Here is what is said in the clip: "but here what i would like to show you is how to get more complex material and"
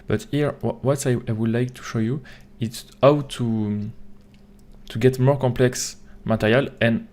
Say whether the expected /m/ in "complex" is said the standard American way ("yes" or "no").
yes